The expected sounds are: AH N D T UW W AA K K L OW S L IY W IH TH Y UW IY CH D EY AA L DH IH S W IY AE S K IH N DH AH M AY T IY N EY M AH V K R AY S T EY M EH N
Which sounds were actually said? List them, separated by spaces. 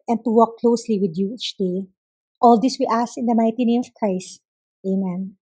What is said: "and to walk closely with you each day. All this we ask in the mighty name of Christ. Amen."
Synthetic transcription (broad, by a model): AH N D T UW W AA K K L OW S L IY W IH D Y UW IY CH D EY AA L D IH S W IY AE S IH N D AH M AY T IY N EY M AH V K R AY S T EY M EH N